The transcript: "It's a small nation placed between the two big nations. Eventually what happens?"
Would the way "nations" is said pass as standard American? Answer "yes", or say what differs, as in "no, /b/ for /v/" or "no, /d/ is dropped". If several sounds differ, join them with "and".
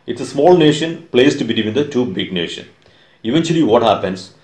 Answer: no, /z/ is dropped